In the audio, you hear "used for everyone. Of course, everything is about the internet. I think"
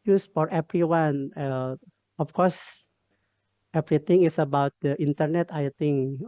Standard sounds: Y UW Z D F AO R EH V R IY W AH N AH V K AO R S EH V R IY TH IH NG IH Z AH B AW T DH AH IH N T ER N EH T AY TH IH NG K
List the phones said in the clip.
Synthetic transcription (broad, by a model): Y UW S F AO R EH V R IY W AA N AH F K AO R S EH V R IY T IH NG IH S AH B AW T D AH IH N T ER N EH T AY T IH NG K